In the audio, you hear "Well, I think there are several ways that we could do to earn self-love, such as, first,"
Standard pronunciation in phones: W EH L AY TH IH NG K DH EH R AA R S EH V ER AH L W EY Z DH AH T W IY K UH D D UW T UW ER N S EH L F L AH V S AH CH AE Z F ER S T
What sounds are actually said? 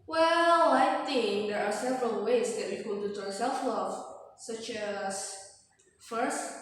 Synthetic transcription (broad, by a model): W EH L AY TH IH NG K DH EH R AA R S EH V ER AH L W EY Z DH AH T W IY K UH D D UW T UW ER S EH L F L AH V S AH CH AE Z F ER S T